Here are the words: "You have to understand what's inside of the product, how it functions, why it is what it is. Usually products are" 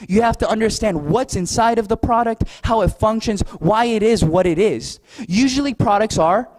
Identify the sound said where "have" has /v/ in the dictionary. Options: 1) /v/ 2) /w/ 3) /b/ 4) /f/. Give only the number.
4